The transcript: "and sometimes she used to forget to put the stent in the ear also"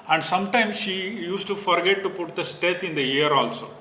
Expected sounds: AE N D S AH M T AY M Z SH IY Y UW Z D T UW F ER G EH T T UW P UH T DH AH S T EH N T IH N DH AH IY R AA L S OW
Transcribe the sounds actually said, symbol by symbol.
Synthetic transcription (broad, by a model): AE N D S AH M T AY M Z SH IY Y UW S T UW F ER G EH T T UW P UH T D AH S T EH T IH N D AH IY R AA L S OW